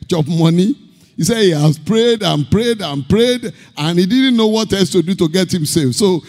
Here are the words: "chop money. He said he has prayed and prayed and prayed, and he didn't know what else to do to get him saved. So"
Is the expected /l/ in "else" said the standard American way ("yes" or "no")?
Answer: no